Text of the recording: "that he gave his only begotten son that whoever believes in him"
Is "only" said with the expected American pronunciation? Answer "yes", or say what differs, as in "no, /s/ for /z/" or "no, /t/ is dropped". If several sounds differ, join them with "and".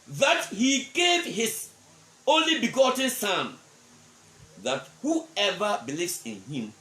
yes